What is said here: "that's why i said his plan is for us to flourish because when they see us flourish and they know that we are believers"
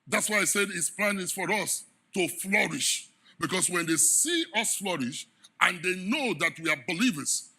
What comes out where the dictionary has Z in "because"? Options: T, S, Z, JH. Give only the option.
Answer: S